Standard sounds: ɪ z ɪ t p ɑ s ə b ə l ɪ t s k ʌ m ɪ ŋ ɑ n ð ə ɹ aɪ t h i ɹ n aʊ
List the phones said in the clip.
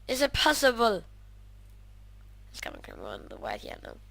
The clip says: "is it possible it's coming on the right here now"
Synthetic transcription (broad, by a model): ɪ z ɪ t p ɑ s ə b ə l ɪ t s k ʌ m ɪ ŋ ɑ n ð ə w aɪ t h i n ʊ